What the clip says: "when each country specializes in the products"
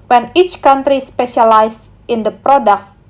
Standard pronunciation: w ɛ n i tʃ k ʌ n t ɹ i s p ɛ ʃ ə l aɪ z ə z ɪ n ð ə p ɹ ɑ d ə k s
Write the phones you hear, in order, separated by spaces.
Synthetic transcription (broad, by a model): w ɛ n i tʃ k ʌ n t ɹ i s p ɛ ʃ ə l aɪ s ɪ n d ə p ɹ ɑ d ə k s